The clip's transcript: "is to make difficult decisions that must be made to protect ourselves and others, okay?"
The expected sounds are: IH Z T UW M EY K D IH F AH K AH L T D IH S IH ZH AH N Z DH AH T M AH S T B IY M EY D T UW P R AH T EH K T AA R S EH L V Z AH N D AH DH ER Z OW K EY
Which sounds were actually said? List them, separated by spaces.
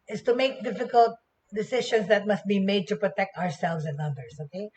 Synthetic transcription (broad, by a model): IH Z T UW M EY K D IH F AH K AH L T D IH S IH SH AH N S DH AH T M AH S T B IY M EY D T UW P R AH T EH K T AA R S EH L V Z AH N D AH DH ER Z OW K EY